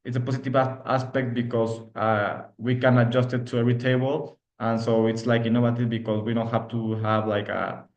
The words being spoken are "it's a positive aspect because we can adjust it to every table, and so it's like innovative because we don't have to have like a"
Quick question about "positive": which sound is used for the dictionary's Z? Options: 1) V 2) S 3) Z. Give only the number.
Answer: 2